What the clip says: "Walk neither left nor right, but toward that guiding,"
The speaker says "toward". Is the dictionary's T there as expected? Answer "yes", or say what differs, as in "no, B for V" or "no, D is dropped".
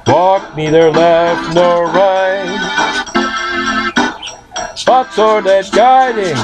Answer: no, S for T